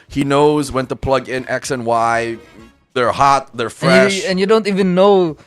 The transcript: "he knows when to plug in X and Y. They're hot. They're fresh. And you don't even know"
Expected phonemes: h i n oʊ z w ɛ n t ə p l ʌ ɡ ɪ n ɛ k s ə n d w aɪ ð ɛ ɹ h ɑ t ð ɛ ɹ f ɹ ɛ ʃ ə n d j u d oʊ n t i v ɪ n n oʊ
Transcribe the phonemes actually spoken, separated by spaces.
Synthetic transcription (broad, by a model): h i n oʊ z w ɛ n t ə p l ʌ ɡ ɪ n ɛ k s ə n w aɪ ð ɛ ɹ h ɑ t ð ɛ ɹ f ɹ ɛ ʃ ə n j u d oʊ n t i v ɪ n n oʊ